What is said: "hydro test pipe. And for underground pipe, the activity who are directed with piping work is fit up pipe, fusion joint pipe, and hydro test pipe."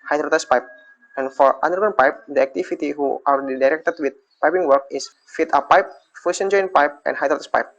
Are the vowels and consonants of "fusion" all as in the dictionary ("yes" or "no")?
no